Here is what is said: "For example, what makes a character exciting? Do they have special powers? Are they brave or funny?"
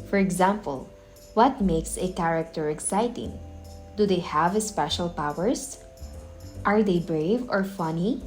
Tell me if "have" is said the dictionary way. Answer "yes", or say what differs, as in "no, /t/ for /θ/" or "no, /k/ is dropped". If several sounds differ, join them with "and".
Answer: yes